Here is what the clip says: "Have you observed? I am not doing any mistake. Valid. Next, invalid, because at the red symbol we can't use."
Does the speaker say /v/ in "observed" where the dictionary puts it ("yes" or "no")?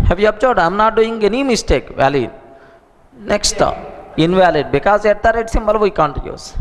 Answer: no